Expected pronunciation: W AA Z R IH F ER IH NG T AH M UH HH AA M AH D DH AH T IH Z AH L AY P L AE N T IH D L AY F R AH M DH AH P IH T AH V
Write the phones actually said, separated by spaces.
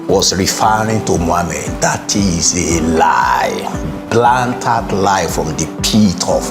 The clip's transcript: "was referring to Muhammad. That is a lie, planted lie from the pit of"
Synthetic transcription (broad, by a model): W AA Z R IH F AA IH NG T AH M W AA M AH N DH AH T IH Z AH L AY B L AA N T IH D L AY F R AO M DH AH P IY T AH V